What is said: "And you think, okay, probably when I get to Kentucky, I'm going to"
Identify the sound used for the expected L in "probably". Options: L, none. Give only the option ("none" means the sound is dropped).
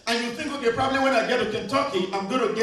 L